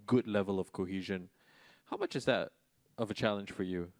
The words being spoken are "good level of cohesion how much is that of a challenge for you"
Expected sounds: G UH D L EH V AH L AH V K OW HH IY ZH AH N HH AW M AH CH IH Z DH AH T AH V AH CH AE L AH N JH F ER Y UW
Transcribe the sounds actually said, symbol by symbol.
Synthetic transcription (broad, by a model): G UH D L EH V AH L AH V K OW HH IY ZH AH N HH AW M AH CH IH Z DH AH T AH V AH CH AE L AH N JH F ER Y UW